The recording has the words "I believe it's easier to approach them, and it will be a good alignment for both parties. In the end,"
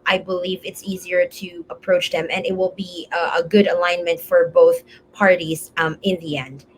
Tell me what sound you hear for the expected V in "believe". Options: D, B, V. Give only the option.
V